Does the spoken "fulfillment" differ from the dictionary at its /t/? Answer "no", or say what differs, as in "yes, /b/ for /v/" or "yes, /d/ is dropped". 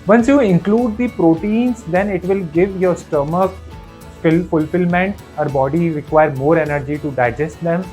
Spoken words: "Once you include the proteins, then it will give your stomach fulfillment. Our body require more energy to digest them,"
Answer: no